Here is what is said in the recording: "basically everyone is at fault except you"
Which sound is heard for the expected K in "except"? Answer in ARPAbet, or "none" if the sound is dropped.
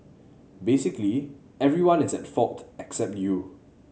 K